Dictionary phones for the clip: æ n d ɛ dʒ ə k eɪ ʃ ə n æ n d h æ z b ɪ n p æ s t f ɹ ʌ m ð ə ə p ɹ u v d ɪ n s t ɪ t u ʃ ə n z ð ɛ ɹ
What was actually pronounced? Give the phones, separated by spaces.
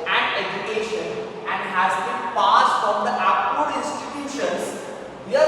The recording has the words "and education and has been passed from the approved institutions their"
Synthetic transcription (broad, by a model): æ n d ɛ dʒ ə k eɪ ʃ ə n æ n d h æ z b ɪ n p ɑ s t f ɹ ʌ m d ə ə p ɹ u d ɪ n s t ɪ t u ʃ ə n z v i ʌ